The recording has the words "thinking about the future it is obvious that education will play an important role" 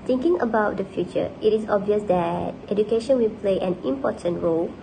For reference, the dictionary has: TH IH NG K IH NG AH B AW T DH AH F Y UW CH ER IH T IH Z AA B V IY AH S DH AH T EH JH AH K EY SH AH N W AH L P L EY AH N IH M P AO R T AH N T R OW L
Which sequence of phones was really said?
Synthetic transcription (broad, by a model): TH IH NG K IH NG AH B AW T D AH F Y UW CH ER IH T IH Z AA B V IY AH S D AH T EH JH AH K EY SH AH N W AH L P L EY AH N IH M P AO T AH N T R OW L